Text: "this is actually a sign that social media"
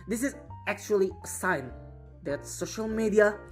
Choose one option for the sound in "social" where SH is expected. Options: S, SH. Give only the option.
SH